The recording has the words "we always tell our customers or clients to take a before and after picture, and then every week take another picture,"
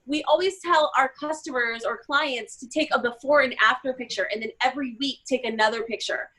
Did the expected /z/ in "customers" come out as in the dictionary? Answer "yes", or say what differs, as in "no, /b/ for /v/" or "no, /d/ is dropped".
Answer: yes